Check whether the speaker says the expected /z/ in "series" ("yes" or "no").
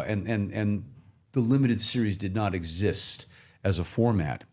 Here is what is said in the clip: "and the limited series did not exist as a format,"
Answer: yes